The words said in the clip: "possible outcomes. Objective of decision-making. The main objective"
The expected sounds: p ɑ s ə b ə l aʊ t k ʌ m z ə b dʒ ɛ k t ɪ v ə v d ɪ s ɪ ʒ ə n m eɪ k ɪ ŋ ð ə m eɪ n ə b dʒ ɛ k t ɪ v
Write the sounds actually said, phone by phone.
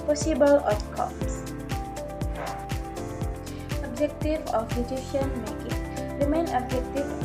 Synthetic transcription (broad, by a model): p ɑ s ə b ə l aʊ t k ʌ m s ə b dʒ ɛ k t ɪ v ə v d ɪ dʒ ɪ ʃ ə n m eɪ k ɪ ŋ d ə m eɪ n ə b dʒ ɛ k t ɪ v